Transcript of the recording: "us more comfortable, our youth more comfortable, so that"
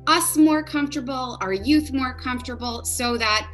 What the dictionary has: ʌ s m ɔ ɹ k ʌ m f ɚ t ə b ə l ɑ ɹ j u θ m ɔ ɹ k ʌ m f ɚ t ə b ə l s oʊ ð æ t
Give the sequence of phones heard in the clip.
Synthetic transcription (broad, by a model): ʌ s m ɔ ɹ k ʌ m f t ə b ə l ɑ ɹ j u θ m ɔ ɹ k ʌ m f t ə b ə l s oʊ ð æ t